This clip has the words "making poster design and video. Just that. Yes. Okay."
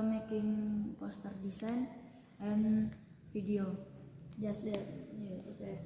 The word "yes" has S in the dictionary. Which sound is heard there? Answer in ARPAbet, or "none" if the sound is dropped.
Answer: none